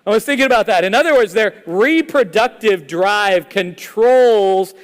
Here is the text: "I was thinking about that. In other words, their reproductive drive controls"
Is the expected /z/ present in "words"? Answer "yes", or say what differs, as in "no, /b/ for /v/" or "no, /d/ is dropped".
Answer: yes